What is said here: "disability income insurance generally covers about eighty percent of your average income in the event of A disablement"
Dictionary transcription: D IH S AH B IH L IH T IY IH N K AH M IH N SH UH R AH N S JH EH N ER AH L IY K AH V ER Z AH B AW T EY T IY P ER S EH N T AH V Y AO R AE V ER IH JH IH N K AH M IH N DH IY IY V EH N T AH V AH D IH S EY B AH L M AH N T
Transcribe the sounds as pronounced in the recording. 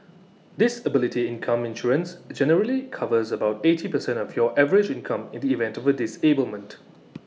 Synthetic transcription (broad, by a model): D IH S AH B IH L IH T IY IH N K AH M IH N SH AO R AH N S JH EH N ER AH L IY K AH V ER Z AH B AW T EY T IY P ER S EH N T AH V Y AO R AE V ER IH JH IH N K AH M IH N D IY IY V EH N T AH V AH D IH S EY B AH L M AH N T